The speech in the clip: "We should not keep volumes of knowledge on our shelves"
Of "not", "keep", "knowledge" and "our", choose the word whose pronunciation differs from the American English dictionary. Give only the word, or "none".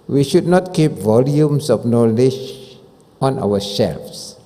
our